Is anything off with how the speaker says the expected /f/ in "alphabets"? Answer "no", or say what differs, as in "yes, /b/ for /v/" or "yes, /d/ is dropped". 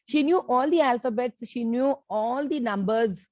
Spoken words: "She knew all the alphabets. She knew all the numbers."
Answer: no